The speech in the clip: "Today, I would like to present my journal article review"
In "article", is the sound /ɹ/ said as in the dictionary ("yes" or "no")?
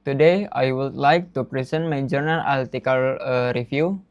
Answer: no